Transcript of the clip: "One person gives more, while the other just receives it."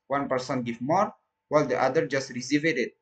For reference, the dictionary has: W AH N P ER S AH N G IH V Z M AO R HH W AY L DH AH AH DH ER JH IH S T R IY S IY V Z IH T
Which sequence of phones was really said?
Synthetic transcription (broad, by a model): W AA N P ER S AH N G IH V M AO R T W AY L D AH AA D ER JH IH S T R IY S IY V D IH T